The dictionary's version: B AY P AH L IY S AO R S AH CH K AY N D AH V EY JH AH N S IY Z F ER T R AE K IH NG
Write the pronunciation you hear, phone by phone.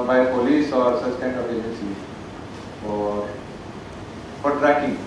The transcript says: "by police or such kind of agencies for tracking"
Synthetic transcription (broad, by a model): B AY P AH L IY S AO R S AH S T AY N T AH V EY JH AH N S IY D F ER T R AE K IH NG